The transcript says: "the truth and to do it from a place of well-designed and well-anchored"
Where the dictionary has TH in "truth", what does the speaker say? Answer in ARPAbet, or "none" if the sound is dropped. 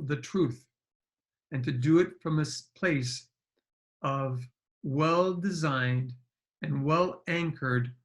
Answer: TH